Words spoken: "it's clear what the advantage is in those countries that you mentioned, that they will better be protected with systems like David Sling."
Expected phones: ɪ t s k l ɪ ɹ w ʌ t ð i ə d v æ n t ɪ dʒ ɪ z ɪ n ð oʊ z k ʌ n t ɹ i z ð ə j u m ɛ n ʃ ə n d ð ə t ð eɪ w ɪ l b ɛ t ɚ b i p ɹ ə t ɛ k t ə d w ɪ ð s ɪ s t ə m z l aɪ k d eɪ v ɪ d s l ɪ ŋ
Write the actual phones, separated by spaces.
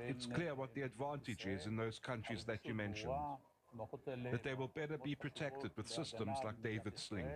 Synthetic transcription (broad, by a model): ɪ t s k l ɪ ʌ w ʌ t ð i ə d v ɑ n t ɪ dʒ ɪ z ɪ n ð oʊ z k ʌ n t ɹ i z ð ə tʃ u m ɛ n ʃ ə n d ð ə t ð eɪ w ɪ l b ɛ t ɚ b i p ɹ ə t ɛ k t ə d w ɪ ð s ɪ s t ə m z l aɪ k d eɪ v ɪ d s l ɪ ŋ